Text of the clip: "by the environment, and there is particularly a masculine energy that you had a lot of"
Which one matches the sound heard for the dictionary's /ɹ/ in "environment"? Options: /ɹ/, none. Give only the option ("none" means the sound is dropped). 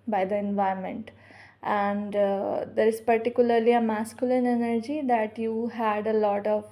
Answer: none